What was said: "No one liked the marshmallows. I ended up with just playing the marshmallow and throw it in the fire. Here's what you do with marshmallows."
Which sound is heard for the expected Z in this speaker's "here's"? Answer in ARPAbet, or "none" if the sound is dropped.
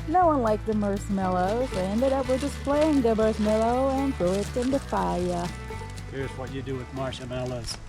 Z